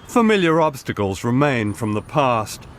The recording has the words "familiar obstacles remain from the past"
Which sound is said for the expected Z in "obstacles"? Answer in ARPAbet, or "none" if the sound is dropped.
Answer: Z